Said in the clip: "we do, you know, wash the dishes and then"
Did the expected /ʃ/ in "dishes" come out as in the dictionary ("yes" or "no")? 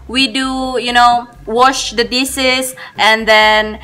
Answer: no